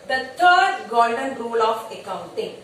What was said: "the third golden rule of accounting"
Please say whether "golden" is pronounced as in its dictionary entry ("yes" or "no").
no